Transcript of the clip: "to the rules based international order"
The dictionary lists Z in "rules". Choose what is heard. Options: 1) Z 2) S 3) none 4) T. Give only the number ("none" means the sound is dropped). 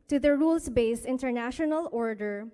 2